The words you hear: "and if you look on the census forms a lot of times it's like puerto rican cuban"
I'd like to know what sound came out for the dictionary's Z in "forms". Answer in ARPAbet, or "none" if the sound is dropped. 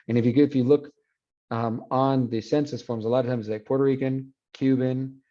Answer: Z